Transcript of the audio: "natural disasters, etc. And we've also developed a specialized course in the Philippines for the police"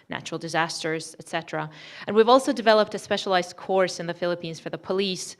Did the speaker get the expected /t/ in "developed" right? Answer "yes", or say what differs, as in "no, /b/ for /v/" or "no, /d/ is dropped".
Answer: yes